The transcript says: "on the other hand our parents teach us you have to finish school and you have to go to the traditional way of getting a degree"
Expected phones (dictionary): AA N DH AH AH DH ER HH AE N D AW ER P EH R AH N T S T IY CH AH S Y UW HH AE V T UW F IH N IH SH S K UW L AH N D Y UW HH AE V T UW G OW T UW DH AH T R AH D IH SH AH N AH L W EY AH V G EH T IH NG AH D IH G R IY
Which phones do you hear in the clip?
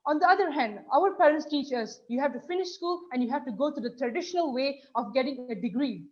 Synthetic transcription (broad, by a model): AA N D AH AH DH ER HH AE N D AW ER P EH R AH N T S T IY CH AH S Y UW HH AE V T UW F IH N IH SH S K UW L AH N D Y UW HH AE V T UW G OW T UW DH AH T R AH D IH SH AH N AH L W EY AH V G EH T IH NG AH D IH G R IY